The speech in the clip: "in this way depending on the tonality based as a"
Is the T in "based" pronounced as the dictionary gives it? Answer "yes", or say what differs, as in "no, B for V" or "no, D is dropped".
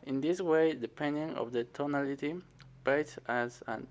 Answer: no, T is dropped